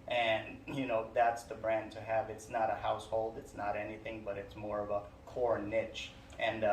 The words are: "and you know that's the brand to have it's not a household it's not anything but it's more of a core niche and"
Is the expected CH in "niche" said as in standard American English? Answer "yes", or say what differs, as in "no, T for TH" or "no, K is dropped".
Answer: yes